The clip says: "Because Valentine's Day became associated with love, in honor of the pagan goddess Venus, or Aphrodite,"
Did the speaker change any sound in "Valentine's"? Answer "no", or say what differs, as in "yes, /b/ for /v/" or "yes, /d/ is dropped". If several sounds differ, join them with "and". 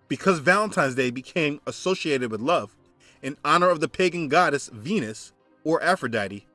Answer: no